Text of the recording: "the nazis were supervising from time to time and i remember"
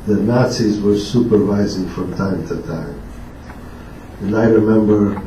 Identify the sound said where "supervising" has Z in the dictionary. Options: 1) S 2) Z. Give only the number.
2